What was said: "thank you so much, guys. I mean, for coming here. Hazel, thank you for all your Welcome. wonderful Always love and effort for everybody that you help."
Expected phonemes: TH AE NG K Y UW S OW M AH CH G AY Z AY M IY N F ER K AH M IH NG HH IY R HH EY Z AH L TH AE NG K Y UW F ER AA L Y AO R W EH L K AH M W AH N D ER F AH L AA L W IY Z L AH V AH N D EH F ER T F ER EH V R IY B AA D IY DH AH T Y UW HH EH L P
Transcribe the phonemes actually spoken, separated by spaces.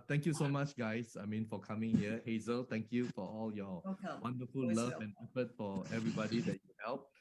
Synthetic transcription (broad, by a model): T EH NG K Y UW S OW M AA CH G AY S AY M IY N F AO K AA M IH NG HH IY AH HH EY Z AH L T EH NG K Y UW F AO AA L Y AO W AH N D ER F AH L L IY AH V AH N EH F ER T F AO EH V R IY B AA D IY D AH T Y UW HH EH L P